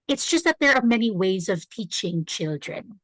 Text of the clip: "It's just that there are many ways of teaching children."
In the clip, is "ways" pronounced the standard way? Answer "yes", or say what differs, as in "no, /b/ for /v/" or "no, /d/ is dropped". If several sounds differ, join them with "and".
yes